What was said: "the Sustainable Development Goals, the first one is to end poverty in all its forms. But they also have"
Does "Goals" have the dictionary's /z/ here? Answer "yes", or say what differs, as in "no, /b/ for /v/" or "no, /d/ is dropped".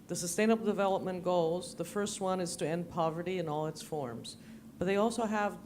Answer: yes